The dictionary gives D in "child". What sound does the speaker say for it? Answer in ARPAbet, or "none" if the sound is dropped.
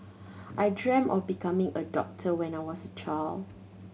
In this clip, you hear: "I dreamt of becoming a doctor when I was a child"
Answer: none